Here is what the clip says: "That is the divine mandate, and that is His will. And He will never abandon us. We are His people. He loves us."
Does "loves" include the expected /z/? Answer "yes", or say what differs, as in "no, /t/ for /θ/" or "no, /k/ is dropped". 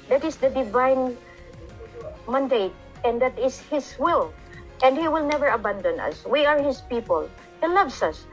no, /s/ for /z/